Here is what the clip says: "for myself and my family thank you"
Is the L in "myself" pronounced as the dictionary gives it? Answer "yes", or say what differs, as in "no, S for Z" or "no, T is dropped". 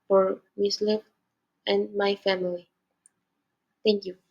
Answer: no, L is dropped